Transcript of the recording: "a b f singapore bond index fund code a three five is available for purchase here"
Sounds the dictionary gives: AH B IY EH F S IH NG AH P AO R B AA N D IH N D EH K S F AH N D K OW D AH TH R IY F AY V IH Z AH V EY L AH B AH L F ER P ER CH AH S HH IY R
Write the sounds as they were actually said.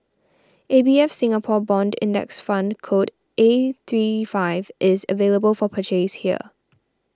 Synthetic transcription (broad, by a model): AH B IY EH F S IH NG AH P AO B AA N D IH N D EH K S F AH N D K OW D AH TH R IY F AY V IH Z AH V EY L AH B AH L F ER P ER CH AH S HH IY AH